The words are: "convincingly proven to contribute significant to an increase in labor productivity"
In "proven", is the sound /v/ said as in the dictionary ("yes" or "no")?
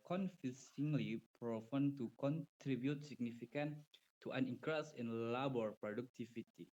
no